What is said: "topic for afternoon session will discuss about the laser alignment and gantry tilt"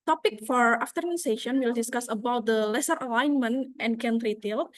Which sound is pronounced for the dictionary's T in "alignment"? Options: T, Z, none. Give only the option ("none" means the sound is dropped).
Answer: T